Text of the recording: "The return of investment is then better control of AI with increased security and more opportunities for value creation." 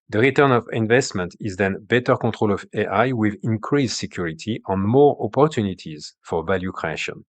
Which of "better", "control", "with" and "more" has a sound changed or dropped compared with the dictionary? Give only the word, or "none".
control